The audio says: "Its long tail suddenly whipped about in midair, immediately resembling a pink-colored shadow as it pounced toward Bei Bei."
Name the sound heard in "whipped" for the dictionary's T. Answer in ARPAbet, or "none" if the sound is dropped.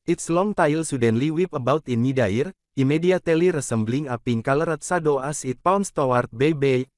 none